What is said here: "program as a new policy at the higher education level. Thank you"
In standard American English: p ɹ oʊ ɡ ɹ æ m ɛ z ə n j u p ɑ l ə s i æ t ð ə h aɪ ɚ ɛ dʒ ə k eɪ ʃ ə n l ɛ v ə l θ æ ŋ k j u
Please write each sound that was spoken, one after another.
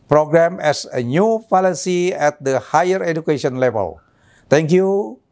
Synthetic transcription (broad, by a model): p ɹ oʊ ɡ ɹ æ m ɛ s ə n j u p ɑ l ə s i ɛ t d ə h aɪ ɚ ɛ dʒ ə k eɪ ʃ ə n l ɛ v ə l t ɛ ŋ k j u